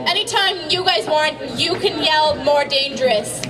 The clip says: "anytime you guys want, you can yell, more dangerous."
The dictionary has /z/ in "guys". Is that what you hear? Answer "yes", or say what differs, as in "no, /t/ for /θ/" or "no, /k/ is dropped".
yes